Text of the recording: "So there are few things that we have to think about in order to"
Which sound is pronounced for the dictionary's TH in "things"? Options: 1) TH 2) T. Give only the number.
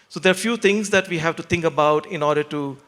2